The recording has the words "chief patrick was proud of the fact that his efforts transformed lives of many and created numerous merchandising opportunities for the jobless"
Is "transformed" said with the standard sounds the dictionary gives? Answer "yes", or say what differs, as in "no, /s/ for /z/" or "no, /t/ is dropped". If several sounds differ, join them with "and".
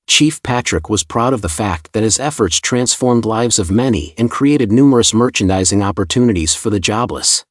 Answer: yes